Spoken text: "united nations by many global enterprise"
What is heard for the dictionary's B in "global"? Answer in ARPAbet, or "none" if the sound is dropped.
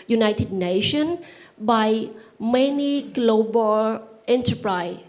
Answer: B